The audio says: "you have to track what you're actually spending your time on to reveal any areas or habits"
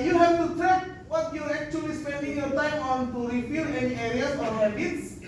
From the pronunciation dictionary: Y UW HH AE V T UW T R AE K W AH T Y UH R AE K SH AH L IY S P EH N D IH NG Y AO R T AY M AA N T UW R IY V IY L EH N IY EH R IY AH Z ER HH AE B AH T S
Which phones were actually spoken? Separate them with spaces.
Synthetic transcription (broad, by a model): Y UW HH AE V T UW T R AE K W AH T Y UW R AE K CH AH L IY S P EH N D IH NG Y AO R T AY M AA N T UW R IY F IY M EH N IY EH R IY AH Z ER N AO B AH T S